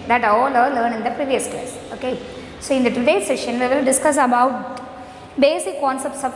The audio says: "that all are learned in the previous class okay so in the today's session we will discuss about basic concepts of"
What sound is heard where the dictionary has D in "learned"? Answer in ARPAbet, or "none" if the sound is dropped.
none